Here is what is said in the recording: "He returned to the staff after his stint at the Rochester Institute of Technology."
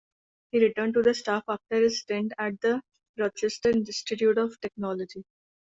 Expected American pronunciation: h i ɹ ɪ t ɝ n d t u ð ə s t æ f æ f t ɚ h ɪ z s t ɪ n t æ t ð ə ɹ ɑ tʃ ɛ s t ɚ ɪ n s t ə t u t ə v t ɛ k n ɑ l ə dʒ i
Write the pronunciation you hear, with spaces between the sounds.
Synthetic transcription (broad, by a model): h i ɹ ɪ t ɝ n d t u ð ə s t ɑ f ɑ f t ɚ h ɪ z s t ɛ n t æ t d ə ɹ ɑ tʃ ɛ s t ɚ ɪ s t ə t u t ə v t ɛ k n ɑ l ə dʒ i